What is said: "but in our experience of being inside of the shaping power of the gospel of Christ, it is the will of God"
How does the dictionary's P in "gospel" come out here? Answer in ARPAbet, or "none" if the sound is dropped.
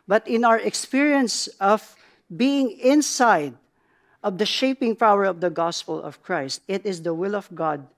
P